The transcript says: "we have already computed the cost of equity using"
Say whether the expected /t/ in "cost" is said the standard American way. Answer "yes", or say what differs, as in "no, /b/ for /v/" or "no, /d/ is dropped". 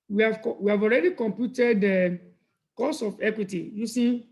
no, /t/ is dropped